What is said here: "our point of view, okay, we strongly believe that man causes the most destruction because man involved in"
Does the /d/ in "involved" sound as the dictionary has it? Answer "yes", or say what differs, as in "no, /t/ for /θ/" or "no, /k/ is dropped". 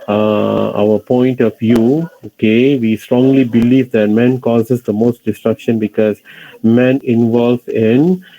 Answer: no, /d/ is dropped